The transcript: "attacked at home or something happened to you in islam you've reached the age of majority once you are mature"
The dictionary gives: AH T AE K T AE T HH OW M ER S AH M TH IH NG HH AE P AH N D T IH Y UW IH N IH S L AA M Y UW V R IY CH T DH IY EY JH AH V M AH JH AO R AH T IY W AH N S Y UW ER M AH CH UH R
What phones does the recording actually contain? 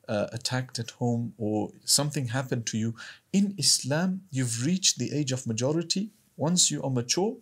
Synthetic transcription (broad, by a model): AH T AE K T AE T HH OW M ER S AH M TH IH NG HH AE P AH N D T IH Y UW IH N IH S L AA M Y UW V R IY CH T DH IY EY JH AH V M AH JH AO R AH T IY W AH N S Y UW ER M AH CH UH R